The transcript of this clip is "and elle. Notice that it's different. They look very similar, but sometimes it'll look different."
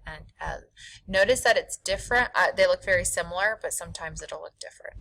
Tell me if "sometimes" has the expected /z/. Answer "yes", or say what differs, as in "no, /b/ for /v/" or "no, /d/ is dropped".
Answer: yes